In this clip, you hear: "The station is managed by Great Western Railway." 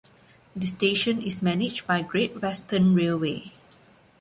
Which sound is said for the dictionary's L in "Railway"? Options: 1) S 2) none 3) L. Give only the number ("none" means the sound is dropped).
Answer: 3